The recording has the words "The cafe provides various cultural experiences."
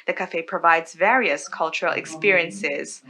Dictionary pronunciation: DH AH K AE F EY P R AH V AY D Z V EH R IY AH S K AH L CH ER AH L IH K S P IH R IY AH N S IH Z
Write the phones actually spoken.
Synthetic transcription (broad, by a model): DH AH K AE F EY P R AH V AY D Z V EH R IY AH S K AH L CH ER AH L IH K S P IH R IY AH N S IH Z